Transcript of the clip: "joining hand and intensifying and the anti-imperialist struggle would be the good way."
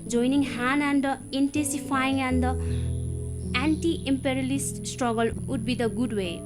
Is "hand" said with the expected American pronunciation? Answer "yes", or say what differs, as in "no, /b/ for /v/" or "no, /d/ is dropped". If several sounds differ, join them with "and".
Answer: no, /d/ is dropped